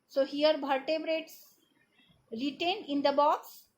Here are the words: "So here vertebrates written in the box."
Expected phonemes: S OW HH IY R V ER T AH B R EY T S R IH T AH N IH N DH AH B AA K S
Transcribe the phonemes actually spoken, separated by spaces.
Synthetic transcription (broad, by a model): S OW HH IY R B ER T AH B R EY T S R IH T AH N IH N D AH B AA K S